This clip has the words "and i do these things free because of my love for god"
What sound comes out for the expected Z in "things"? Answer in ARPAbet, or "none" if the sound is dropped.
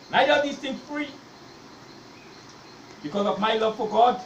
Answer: none